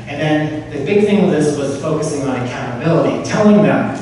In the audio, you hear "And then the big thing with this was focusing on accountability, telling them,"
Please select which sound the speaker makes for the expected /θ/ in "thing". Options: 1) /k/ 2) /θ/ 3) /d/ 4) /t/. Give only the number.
2